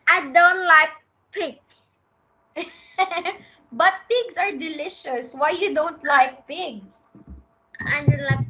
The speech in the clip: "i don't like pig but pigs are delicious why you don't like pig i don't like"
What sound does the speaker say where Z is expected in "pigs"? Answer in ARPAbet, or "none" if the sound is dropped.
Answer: S